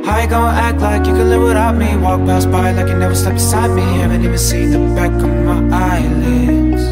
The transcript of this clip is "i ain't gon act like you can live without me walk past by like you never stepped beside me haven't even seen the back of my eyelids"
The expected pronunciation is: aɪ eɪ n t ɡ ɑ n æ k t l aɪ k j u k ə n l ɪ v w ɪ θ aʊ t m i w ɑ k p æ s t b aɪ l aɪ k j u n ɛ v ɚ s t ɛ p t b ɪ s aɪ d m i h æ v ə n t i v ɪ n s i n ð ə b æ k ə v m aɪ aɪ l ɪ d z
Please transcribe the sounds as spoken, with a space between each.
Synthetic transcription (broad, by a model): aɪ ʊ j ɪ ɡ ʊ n æ k t l aɪ k j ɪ k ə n l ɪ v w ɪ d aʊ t m i w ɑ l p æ s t b aɪ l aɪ k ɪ n ɛ v ɚ s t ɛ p b ɪ s aɪ d m i h æ v ə n t i v ɪ n s i n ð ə b æ k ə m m aɪ aɪ l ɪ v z